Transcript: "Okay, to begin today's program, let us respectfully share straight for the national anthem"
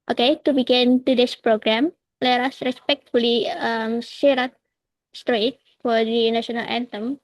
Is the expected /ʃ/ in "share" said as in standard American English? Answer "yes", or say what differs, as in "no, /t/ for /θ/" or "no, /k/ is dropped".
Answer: no, /s/ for /ʃ/